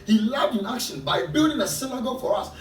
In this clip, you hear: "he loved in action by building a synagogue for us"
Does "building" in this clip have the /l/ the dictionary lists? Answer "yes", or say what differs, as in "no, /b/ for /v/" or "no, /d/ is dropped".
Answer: yes